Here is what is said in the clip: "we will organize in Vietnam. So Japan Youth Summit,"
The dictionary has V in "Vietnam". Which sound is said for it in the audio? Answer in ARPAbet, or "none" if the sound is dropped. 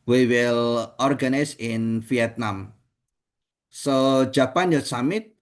F